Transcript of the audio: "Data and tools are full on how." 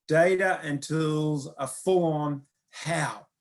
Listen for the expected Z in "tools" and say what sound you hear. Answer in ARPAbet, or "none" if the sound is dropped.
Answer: Z